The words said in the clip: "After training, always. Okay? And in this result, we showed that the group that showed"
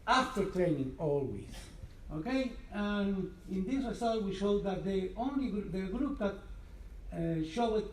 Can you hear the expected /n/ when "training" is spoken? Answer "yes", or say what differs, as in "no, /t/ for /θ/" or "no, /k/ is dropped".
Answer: yes